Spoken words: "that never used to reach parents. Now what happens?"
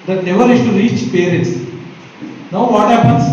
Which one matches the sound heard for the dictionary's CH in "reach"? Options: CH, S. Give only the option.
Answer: CH